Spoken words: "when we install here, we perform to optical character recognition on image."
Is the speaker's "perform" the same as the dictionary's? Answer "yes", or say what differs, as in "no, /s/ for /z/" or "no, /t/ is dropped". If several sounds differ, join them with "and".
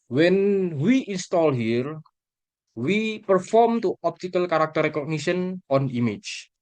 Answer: yes